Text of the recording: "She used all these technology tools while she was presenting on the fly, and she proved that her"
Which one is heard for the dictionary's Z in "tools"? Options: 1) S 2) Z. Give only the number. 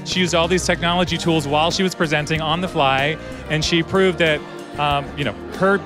2